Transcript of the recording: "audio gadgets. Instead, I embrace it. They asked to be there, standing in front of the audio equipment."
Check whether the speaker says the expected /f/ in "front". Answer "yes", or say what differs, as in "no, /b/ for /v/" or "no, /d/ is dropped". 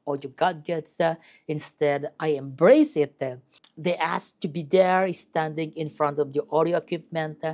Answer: yes